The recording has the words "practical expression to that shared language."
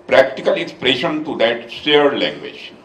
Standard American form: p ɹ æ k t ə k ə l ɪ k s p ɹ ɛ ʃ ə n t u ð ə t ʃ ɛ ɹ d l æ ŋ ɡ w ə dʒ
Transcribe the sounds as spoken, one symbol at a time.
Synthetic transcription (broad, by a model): p ɹ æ k t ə k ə l ɪ k s p ɹ ɛ ʃ ə n t u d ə t s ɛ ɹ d l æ ŋ ɡ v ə dʒ